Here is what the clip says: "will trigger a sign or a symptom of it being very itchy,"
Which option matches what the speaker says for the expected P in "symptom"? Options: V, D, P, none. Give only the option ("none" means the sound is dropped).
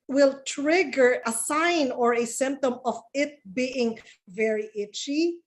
P